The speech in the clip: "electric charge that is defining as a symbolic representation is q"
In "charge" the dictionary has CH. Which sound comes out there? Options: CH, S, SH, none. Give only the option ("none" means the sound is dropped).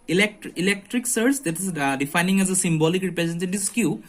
S